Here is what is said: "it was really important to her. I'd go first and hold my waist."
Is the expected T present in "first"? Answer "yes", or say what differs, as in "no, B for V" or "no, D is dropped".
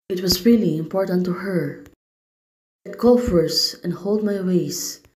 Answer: no, T is dropped